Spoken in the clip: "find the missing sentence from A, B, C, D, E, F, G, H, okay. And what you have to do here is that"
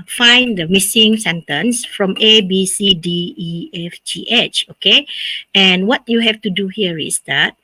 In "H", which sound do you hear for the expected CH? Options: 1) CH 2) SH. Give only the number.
1